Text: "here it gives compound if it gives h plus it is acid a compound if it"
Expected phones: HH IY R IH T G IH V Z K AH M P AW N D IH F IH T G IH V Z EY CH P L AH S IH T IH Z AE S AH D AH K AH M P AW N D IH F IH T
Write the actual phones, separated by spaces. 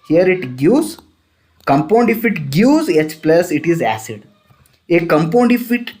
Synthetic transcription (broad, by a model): HH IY R IH T G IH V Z K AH M P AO N D IH F IH T G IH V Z EY CH P L AH S IH T IH Z AE S AH D AH K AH M P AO N D IH F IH T